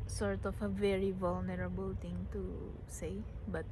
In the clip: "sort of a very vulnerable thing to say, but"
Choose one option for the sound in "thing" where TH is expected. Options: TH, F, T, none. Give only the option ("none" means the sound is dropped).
T